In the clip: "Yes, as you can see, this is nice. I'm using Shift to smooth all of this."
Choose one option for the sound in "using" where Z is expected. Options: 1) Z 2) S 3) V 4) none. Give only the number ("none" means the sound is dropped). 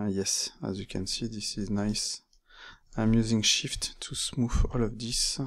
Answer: 1